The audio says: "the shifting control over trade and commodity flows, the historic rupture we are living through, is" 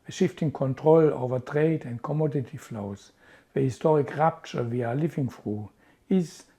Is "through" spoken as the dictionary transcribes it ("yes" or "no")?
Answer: no